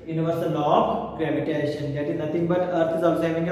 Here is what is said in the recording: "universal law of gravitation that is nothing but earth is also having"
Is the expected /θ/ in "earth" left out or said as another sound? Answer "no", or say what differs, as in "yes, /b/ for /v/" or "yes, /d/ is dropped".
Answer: yes, /t/ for /θ/